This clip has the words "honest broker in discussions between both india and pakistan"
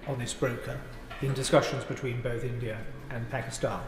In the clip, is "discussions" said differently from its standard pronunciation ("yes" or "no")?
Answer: no